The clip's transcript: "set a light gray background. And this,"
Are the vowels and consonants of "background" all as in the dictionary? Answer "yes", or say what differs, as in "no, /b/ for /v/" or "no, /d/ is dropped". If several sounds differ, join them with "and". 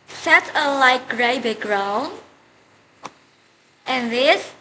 no, /d/ is dropped